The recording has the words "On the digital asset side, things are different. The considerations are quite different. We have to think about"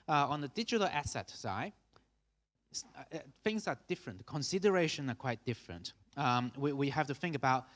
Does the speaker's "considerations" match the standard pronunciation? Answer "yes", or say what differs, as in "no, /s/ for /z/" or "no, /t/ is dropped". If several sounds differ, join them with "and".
no, /z/ is dropped